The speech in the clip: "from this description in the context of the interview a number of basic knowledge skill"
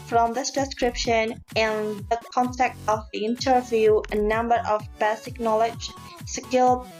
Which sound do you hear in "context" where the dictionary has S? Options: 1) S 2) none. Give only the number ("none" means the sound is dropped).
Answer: 2